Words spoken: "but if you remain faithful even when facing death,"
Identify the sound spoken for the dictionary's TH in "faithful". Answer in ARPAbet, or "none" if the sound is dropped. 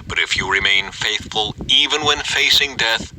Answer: TH